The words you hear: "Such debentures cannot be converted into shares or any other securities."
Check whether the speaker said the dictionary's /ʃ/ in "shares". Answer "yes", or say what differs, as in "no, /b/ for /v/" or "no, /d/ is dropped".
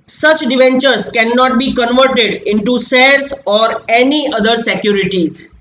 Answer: no, /s/ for /ʃ/